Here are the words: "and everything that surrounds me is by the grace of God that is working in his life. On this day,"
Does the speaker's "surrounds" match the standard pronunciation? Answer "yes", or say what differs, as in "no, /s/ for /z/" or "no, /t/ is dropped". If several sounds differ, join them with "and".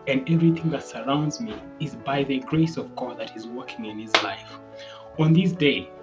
yes